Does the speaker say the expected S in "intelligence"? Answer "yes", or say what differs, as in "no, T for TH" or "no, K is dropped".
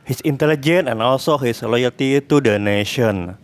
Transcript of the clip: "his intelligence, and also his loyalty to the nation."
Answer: no, S is dropped